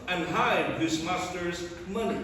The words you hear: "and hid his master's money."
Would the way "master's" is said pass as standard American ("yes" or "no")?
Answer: yes